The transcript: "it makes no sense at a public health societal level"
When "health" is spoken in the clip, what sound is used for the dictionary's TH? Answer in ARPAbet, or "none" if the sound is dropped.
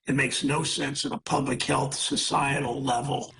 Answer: TH